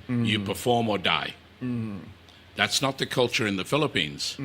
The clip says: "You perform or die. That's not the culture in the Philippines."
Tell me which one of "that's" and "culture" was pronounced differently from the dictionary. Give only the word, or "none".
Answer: none